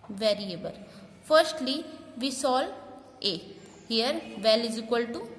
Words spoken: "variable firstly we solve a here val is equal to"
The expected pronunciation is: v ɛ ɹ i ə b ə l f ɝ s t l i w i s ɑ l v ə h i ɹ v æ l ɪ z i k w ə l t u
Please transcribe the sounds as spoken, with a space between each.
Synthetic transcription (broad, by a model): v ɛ ɹ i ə b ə l f ɝ s t l i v i s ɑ l ə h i ɹ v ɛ l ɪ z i k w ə l t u